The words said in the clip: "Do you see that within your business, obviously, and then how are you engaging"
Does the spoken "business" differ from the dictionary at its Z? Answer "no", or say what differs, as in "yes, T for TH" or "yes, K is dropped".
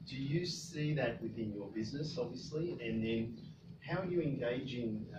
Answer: no